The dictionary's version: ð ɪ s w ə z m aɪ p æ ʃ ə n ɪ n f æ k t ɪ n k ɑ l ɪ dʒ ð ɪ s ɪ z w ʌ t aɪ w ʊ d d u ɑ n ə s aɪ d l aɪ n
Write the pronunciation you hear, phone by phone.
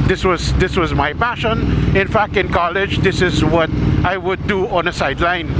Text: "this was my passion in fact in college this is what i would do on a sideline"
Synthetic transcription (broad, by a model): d ɪ s w ə z m aɪ p æ ʃ ə n ɪ n f æ k t ɪ n k ɑ l ɪ dʒ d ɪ s ɪ z w ʌ t aɪ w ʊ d d u ɑ n ə s aɪ d l aɪ n